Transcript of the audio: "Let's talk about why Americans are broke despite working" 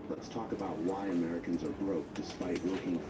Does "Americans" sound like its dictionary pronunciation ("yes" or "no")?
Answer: yes